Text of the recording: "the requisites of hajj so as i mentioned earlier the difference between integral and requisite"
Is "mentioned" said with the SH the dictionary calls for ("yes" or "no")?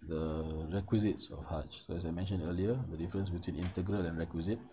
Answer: yes